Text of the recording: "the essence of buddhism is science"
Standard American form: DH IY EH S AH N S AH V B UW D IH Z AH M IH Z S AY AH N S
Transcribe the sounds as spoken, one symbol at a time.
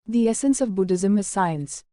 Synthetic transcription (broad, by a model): DH IY EH S AH N S AH V B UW D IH Z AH M IH Z S AY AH N S